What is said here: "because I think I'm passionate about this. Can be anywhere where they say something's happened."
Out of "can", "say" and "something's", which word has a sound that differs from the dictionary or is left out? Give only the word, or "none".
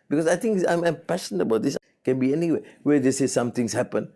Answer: something's